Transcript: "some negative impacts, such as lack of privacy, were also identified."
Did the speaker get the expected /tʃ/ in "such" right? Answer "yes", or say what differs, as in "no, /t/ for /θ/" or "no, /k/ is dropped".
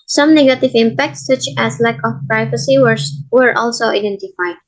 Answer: yes